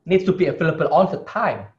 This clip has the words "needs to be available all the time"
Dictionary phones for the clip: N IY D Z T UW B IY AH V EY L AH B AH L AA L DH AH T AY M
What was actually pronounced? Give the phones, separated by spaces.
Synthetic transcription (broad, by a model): N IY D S T UW B IY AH F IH L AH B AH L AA N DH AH T AY M